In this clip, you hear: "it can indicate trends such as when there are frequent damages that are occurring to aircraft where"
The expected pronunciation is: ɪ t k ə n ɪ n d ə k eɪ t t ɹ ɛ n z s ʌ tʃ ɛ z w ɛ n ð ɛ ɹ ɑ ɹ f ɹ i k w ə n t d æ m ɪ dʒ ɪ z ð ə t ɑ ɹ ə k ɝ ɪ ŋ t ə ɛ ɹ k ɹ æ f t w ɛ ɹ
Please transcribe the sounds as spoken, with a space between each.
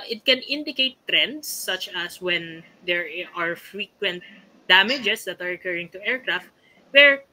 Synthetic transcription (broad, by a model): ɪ t k ə n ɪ n d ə k eɪ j t ɹ ɛ n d s ʌ tʃ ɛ s w ɛ n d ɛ ɹ ɑ ɹ f ɹ i k w ə n t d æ m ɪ dʒ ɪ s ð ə t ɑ ɹ ə k ɝ ɪ ŋ t ə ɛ ɹ k ɹ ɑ f t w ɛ ɹ